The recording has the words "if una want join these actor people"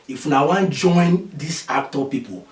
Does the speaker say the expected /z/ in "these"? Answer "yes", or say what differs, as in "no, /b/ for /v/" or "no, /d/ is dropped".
no, /s/ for /z/